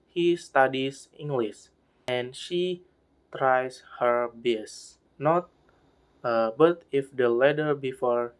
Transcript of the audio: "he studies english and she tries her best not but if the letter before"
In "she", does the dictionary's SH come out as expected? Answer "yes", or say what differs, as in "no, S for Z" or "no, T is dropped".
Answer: yes